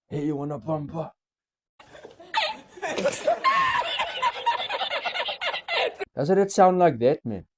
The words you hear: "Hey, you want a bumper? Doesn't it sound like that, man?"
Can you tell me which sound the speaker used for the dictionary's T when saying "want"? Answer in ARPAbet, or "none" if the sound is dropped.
none